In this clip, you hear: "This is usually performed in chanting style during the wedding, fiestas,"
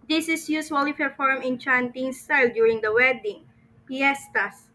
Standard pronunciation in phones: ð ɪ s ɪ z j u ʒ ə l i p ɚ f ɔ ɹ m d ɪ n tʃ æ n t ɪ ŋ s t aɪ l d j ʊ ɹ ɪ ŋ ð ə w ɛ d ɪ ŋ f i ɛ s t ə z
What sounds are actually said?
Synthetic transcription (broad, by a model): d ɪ s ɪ s j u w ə l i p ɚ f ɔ ɹ m ɪ n tʃ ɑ n t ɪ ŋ s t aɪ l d j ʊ ɹ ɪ ŋ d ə w ɛ d ɪ ŋ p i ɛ s t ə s